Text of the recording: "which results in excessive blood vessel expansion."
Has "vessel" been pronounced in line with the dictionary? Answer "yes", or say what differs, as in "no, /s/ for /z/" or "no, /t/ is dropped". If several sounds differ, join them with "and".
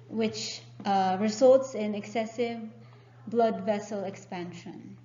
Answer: yes